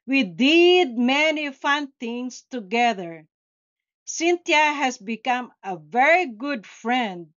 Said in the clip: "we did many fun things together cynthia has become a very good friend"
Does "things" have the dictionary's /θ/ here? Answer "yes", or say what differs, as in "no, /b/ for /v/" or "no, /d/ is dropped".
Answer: no, /t/ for /θ/